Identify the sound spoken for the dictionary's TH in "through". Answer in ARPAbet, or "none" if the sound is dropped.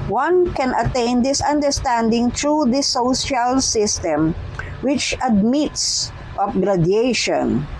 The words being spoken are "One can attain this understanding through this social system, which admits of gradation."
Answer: T